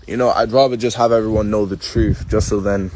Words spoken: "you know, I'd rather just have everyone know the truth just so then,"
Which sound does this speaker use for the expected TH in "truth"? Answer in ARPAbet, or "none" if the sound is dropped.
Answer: TH